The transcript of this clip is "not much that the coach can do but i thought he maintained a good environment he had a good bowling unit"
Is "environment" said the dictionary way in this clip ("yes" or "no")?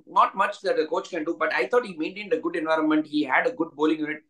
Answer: yes